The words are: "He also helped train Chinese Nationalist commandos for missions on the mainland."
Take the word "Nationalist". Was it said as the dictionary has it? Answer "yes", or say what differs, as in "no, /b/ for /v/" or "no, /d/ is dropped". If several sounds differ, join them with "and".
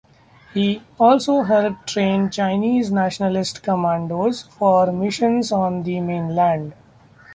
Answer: yes